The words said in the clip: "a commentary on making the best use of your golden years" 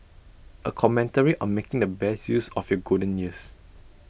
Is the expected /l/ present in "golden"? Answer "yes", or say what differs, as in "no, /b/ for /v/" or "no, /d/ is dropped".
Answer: no, /l/ is dropped